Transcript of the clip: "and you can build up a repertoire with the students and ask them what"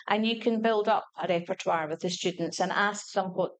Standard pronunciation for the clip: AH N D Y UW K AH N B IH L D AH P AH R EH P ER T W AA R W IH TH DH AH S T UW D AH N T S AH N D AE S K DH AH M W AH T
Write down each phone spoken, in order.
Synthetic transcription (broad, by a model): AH N Y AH K AH N B IH L D AH P AH R EH P ER T W AA R W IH DH AH S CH UW D N T S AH N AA S K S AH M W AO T